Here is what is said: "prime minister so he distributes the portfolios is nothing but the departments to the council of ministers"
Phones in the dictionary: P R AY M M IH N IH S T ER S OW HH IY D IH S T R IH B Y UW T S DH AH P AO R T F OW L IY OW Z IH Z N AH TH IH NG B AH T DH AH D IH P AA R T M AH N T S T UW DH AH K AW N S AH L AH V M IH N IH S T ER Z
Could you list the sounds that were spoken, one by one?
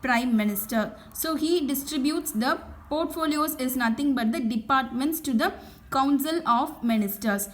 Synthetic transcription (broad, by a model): P R AY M M IH N IH S T ER S OW HH IY D IH S T R IH B Y UW T S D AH P AO R T F OW L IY OW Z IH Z N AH T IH NG B AH T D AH D IH P AA R T M AH N T S T UW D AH K AW N S AH L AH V M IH N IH S T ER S